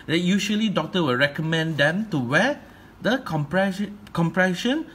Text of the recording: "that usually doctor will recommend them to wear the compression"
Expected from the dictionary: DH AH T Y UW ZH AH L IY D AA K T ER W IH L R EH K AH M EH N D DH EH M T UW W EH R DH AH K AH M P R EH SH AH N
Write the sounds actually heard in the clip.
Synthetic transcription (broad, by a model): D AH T Y UW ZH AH L IY D AA K T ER W IH L R EH K AH M EH N D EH M T UW W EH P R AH K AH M P R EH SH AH N